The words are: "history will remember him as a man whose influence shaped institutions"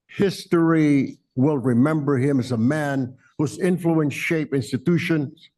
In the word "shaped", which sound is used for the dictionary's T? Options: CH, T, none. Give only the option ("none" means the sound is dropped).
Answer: none